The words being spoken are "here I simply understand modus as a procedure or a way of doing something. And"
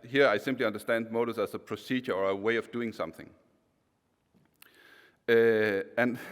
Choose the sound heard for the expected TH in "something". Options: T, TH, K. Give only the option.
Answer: TH